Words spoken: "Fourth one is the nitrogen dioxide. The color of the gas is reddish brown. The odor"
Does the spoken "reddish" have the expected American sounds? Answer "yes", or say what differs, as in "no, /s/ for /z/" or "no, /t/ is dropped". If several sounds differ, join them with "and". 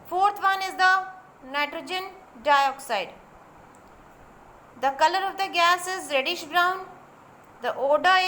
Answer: yes